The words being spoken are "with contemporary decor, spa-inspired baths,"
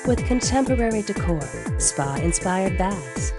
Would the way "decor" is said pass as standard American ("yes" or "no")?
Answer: yes